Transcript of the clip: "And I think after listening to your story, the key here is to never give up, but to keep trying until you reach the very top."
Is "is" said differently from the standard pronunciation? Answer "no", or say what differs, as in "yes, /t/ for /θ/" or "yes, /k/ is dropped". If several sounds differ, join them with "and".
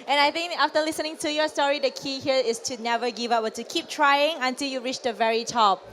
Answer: yes, /s/ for /z/